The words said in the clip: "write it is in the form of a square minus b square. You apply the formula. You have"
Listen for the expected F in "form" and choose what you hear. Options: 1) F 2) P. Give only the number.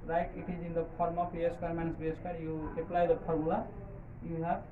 2